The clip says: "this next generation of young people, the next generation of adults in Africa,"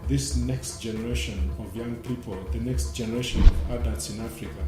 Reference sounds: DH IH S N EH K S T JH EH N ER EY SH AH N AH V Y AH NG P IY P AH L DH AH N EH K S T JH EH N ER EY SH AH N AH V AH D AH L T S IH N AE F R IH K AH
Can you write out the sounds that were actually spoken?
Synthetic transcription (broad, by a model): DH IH S N EH K S T JH EH N ER EY SH AH N AH V Y AH NG P IY P AH L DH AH N EH K S T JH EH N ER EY SH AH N AH V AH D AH T S IH N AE F R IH K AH